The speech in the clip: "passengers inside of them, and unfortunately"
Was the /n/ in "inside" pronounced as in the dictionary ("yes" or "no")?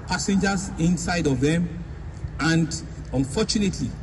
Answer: yes